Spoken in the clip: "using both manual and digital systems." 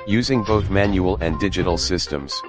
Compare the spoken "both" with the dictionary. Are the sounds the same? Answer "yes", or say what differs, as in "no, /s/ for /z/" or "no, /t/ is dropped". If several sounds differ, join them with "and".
yes